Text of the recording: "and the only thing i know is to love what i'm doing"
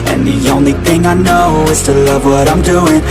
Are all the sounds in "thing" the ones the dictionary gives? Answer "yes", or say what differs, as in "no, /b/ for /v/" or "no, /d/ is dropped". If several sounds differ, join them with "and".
yes